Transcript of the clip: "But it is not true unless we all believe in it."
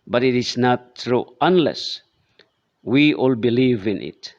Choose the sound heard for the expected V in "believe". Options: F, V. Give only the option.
V